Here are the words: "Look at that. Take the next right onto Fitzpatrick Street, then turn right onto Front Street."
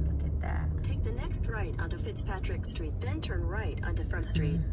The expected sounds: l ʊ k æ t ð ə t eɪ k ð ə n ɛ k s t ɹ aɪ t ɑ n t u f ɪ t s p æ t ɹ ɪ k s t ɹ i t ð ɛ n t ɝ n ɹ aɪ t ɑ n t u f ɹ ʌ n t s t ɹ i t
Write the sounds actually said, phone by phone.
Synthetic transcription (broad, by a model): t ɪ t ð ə t eɪ k ð ə n ɛ k s t ɹ aɪ t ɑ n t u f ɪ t s p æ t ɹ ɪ k s t ɹ i t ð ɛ n t ɝ n ɹ aɪ t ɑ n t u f ʌ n s t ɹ i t